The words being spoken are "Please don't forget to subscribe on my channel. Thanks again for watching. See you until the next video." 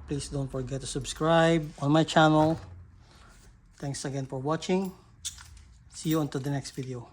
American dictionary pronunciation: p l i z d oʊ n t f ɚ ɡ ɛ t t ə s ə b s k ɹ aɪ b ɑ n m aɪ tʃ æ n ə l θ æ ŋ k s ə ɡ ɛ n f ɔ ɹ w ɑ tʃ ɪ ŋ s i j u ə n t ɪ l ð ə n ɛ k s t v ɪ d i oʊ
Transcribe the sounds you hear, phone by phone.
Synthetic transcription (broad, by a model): p l i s d oʊ n t f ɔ ɡ ɛ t t ə s ə b s k ɹ aɪ b ɑ n m aɪ tʃ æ n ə l t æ ŋ k s ə ɡ ɛ n f ɔ ɹ w ɑ tʃ ɪ ŋ s i j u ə n t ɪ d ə n ɛ k s t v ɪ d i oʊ